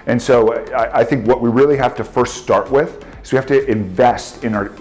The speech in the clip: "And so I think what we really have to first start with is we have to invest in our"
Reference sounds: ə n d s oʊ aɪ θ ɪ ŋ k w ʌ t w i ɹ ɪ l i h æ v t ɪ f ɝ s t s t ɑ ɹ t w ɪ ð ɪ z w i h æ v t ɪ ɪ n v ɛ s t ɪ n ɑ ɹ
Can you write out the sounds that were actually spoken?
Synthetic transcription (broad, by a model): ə n s oʊ aɪ θ ɪ ŋ k w ʌ t w i ɹ ɪ l i h æ f t ɪ f ɝ s t s t ɑ ɹ t w ɪ ð ɪ z w i h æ f t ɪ ɪ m v ɛ s t ɪ n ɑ ɹ